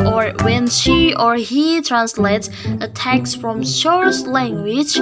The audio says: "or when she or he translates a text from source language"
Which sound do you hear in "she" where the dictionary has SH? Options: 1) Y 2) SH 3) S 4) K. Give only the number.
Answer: 2